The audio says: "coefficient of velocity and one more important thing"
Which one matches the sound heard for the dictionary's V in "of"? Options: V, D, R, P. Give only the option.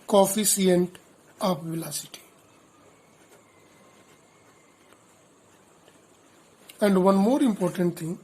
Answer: P